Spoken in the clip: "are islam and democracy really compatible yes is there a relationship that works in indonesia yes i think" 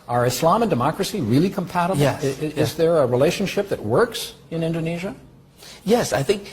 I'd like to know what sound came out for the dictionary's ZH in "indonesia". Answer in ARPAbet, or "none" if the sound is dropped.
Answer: ZH